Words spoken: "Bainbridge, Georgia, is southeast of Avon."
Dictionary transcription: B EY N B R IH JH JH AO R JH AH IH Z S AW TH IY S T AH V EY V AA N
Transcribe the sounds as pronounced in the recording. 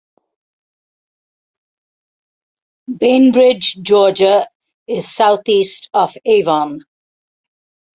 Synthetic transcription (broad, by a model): B EY N B R IH JH JH AO JH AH IH Z S AW T IY S T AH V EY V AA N